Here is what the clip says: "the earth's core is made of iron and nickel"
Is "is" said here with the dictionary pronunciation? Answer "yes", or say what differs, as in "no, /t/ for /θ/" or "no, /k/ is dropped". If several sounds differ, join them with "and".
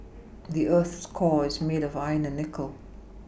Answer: yes